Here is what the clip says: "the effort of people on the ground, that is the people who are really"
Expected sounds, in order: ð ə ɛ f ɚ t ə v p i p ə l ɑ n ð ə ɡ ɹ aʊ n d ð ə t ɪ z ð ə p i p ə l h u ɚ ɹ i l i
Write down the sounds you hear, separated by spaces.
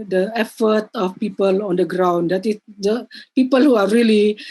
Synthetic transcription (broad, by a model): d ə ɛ f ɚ t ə f p i p ə l ɑ n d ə ɡ ɹ aʊ n d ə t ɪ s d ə p i p ə l h u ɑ ɹ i l i